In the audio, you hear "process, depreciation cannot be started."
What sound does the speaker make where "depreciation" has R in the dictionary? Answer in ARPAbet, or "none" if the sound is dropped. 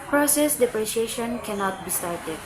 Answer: R